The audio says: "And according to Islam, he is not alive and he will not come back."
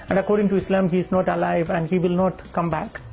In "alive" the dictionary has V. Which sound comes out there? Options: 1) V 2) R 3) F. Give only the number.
1